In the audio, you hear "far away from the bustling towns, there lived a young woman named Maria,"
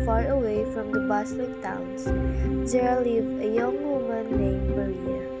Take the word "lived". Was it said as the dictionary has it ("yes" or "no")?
no